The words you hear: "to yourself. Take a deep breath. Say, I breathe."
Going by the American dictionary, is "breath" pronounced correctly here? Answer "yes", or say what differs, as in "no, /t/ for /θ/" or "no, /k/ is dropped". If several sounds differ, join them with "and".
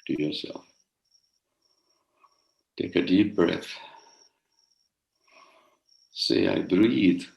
yes